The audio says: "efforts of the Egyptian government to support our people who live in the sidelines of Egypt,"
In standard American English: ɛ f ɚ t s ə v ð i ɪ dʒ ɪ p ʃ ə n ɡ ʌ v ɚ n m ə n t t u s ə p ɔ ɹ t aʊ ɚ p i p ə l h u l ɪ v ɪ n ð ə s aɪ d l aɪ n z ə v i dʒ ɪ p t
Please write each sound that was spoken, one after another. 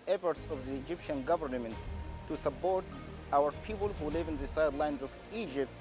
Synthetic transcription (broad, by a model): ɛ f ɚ t s ə v ð i ɪ dʒ ɪ p ʃ ə n ɡ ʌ v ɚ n m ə n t t u s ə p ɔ ɹ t aʊ ɚ p i p ə l h u l ɪ v ɪ n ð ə s aɪ d l aɪ n z ə v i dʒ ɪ p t